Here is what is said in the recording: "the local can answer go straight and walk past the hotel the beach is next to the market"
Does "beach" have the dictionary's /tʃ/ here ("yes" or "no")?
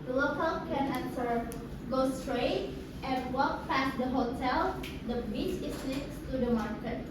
no